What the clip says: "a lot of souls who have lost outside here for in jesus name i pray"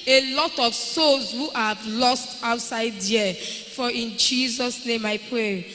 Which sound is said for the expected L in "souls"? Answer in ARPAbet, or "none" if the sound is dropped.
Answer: none